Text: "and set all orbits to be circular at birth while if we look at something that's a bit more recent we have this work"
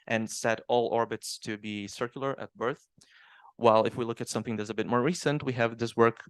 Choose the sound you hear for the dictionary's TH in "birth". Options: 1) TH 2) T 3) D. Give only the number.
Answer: 1